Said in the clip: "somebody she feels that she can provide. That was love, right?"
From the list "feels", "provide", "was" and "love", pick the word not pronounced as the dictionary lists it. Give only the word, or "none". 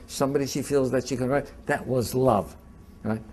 provide